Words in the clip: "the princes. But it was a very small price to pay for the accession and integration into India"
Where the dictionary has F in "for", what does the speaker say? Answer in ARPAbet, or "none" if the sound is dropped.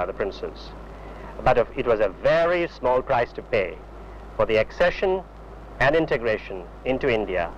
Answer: F